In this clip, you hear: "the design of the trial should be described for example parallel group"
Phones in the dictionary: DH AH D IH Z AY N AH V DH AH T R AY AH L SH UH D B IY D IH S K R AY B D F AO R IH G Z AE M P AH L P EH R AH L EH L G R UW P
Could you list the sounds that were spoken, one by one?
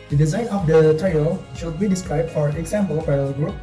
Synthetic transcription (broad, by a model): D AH D IH Z AY N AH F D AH T R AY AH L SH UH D B IY D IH S K R AY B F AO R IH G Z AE M P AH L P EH AH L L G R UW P